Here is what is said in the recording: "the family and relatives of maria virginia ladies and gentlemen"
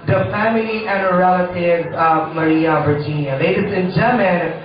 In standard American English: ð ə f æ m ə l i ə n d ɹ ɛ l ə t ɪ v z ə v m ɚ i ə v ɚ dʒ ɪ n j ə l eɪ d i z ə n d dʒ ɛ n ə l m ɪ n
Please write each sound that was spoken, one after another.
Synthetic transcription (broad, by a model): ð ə f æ m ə l i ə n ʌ ɹ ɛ l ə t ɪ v ə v m ɚ i ə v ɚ dʒ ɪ n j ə l eɪ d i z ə n dʒ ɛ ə m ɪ n